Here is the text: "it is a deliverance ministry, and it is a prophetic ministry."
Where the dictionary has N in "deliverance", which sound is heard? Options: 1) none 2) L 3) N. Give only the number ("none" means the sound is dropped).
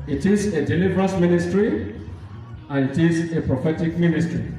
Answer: 1